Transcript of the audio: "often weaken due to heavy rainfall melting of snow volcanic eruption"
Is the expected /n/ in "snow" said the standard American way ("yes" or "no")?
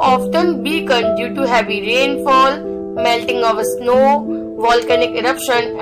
yes